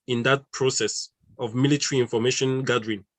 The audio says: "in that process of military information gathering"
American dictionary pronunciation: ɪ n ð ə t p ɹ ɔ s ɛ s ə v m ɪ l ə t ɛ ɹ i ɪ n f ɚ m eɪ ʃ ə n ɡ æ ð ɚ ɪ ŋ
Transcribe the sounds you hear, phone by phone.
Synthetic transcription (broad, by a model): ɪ n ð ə t p ɹ ɔ s ɛ s ə v m ɪ l ə t ɛ ɹ i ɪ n f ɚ m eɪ ʃ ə n ɡ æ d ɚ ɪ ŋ